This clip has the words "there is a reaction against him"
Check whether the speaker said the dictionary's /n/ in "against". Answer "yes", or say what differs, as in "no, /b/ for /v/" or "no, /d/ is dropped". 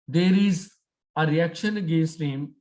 no, /n/ is dropped